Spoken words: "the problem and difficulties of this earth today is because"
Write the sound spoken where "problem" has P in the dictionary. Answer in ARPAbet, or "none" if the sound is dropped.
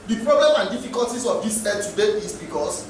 P